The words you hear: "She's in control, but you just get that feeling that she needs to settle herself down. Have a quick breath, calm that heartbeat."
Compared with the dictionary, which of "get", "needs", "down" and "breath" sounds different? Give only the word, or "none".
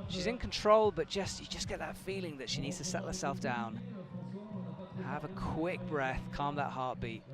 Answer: none